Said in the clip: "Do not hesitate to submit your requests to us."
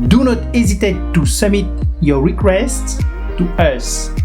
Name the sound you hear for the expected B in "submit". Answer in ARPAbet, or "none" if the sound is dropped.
none